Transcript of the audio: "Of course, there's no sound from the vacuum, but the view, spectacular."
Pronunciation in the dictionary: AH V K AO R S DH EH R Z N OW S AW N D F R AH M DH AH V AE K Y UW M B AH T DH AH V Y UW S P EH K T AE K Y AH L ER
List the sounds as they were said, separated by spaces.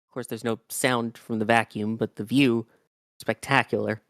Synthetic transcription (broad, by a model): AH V K AO R S DH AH R Z N OW S AW N D F R AH M DH AH V AE K Y UW M B AH T DH AH V Y UW S P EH K T AE K Y L ER